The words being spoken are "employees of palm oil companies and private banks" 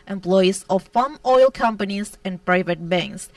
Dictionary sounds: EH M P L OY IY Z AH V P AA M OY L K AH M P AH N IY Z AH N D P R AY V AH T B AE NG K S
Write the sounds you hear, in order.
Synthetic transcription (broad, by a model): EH M P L OY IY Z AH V F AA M OY L K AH M P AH N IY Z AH N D P R AY V AH T B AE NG K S